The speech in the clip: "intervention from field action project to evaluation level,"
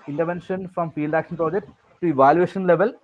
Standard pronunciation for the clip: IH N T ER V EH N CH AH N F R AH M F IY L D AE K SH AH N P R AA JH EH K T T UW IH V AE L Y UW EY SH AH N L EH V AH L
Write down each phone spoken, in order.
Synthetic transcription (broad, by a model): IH N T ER V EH N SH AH N F R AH M P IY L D AE K SH AH N P R AA JH EH K T T UW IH V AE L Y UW EY SH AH N L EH V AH L